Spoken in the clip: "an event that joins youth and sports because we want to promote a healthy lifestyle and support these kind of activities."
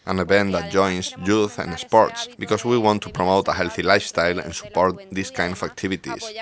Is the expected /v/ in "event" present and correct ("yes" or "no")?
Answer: no